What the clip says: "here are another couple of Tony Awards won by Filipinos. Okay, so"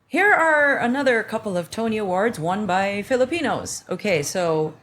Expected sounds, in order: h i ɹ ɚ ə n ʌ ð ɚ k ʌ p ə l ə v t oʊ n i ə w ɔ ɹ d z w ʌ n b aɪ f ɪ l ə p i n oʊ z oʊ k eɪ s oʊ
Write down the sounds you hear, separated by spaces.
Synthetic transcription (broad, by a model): h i ɹ ɚ ə n ʌ ð ɚ k ʌ p l ə v t oʊ n i ə w ɔ ɹ d z w ʌ n b aɪ f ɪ l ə p i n oʊ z oʊ k eɪ s oʊ